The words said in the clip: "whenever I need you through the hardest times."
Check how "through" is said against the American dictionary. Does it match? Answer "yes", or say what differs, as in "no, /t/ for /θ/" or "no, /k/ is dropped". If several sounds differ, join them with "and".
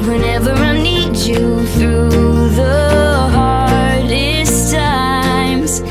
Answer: yes